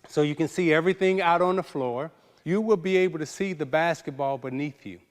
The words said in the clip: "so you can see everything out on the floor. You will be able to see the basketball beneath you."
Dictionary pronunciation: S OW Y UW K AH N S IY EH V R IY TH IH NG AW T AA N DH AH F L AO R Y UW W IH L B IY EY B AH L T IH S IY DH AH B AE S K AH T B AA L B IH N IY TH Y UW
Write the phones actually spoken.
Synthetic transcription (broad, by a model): S OW Y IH K AH N S IY EH V R IY TH IH NG AW T N DH AH F L AO R Y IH W IH L B IY EY B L T IH S IY DH AH B AE S K AH T B AA L B IH N IY TH Y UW